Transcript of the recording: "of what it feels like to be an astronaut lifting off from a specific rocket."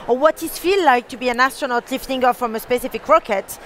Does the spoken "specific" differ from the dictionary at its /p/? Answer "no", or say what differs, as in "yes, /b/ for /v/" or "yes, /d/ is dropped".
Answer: no